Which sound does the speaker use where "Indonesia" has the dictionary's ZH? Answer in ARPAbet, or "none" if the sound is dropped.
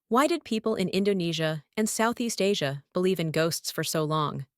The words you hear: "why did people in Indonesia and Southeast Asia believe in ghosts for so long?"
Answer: ZH